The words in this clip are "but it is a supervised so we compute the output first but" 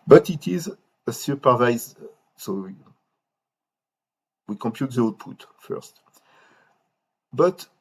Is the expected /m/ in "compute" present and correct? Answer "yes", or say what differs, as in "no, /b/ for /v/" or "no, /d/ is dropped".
yes